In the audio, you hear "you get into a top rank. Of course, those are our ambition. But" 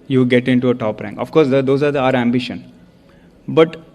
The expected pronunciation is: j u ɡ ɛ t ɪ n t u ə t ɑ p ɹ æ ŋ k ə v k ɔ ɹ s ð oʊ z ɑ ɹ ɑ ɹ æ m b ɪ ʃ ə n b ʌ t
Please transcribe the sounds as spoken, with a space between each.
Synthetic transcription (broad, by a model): j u ɡ ɛ t ɪ n t u ə t ɑ p ɹ æ ŋ k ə f k ɔ ɹ s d oʊ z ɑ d ɑ ɹ æ m b ɪ ʃ ə n b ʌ t